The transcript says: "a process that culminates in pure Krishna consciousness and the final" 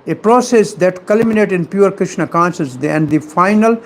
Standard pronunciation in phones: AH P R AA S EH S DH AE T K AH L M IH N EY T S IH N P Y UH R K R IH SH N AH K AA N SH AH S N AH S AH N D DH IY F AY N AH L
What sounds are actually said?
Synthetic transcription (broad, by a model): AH P R AA S EH S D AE T K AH L M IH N EY T IH N P Y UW R K R IH SH N AH K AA N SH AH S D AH AH N D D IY F AY N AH L